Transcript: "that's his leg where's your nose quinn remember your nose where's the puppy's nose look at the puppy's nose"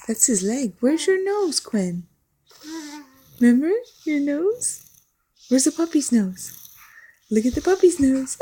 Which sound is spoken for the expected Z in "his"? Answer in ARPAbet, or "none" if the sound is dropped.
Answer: Z